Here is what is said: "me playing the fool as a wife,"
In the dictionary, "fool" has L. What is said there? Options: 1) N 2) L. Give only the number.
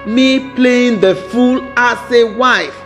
2